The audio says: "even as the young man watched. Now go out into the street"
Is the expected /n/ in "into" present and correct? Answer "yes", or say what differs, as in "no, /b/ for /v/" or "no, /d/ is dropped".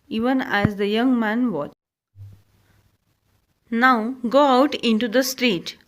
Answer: yes